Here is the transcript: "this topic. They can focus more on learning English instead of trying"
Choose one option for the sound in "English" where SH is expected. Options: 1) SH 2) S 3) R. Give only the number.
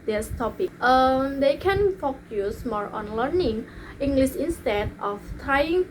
2